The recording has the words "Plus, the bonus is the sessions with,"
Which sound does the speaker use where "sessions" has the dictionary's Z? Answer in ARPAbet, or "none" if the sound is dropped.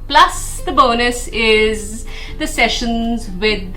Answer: Z